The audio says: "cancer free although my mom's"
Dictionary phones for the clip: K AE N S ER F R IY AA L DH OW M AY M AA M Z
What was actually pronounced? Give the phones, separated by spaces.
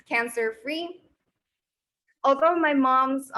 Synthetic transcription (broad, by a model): K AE N S ER F R IY AA L DH OW M AY M AA M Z